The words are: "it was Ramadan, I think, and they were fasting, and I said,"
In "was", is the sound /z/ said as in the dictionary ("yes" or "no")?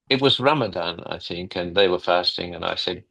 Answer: yes